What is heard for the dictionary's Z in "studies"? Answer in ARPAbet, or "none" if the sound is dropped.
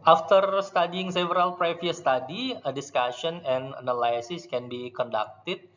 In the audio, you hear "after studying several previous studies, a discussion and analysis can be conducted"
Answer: none